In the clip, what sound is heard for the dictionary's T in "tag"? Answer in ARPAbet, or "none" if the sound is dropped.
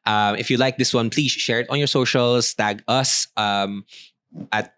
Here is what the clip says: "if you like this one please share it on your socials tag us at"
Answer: T